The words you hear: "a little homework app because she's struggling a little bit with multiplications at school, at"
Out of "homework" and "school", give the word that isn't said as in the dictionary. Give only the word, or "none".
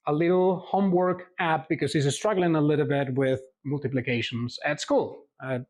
none